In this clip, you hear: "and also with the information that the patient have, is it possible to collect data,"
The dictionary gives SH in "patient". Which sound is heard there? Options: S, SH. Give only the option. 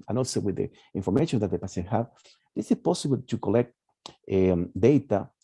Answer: S